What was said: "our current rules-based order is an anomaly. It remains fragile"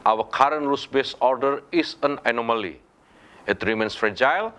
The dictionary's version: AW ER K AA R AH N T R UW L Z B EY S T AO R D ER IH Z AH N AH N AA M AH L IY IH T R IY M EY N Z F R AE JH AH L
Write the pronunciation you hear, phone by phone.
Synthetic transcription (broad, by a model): AW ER K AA R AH N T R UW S B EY S AO R D ER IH S AH N AH N AA M AH L IY IH T R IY M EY N S F R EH JH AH L